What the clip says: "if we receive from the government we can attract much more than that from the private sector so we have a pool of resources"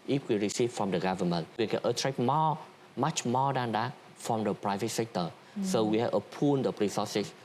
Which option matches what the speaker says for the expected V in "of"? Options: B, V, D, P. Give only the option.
P